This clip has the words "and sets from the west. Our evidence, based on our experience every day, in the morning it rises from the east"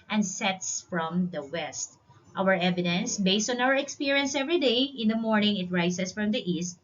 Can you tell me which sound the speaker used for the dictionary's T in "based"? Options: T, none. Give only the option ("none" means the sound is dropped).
T